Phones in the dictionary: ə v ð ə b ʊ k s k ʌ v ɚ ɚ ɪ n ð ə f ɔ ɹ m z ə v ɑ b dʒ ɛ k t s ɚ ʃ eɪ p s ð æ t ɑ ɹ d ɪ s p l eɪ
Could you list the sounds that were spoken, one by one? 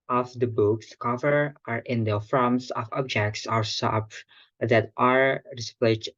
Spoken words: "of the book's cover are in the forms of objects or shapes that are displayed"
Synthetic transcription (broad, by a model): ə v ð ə b ʊ k s k ʌ v ɚ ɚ ɪ n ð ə f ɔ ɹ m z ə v ɑ b dʒ ɛ k t s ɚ s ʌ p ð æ t ɑ ɹ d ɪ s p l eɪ